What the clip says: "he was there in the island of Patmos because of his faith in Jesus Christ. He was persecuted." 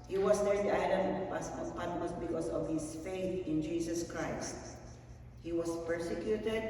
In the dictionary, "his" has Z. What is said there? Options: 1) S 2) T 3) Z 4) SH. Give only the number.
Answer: 1